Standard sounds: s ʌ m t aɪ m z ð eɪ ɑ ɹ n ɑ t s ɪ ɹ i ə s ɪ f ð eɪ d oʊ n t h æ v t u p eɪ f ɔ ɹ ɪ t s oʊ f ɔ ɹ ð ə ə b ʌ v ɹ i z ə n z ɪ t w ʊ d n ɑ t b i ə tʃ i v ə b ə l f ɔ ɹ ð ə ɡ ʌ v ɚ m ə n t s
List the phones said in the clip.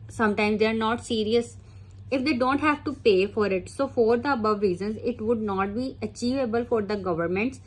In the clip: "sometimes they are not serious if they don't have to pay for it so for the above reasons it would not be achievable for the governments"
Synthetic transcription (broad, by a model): s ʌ m t aɪ m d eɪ ɑ ɹ n ɑ t s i ɹ i ə s ɪ f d eɪ d oʊ n t h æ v t u p eɪ f ɔ ɹ ɪ t s oʊ f ɔ ɹ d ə ə b ʌ v ɹ i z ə n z ɪ t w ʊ d n ɑ t b i ə tʃ i v ə b ə l f ɔ ɹ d ə ɡ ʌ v ɚ m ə n t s